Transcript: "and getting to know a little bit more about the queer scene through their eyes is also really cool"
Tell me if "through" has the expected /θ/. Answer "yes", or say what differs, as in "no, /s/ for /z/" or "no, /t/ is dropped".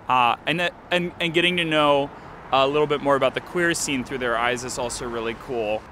yes